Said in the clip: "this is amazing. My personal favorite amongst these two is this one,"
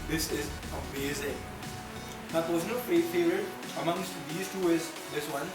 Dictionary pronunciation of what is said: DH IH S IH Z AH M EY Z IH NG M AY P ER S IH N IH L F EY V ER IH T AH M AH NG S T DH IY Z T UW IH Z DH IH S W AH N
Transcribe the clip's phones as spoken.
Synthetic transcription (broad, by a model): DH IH S IH Z AH M EY Z IH NG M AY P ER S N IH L P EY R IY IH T AH M AH NG S T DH IY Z T UW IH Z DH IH S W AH N